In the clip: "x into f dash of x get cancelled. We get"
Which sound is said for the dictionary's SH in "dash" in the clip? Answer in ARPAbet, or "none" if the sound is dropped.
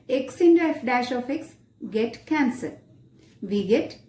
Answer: SH